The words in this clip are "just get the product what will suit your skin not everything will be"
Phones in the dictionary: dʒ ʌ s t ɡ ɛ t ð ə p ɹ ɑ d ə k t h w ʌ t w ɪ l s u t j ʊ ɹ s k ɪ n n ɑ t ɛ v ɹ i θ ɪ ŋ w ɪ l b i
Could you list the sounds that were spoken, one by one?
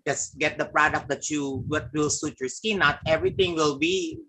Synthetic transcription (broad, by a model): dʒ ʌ s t ɡ ɛ t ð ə p ɹ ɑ d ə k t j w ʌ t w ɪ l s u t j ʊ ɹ s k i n n ɑ t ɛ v ɹ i t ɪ ŋ w ɪ l b i